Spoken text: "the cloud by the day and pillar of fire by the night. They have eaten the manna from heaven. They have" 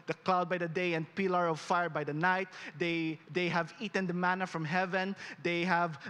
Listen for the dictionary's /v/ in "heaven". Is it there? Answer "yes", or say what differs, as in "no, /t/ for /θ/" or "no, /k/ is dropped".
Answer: yes